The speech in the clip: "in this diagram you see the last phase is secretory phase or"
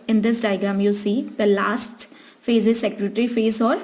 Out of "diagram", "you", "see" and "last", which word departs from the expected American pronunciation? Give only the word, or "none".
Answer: diagram